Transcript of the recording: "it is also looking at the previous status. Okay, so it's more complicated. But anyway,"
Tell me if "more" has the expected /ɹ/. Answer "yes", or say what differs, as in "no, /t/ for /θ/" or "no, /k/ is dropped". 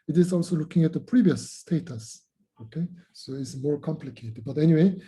yes